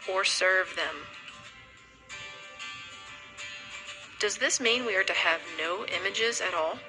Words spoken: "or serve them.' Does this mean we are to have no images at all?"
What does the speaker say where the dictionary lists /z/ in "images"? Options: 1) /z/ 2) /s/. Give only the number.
1